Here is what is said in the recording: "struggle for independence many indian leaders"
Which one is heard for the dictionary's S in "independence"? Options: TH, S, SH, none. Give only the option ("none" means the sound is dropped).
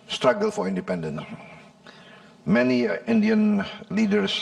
none